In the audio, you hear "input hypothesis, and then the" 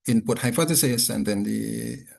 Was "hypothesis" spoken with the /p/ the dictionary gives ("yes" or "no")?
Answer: no